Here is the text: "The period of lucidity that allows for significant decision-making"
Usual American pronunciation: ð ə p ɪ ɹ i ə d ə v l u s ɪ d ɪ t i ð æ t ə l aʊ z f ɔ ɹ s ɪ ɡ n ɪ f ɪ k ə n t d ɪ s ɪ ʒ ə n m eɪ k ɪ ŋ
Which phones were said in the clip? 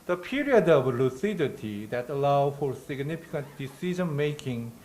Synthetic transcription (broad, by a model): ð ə p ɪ ɹ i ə d ə v l u s ɪ d ɪ t i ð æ t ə l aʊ f ɔ ɹ s ɪ ɡ n ɪ f ɪ k ə n t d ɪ s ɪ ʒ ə n m eɪ k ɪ ŋ